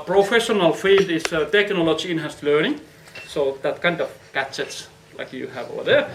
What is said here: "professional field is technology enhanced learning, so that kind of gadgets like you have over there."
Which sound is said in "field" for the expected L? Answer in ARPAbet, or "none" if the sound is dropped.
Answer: none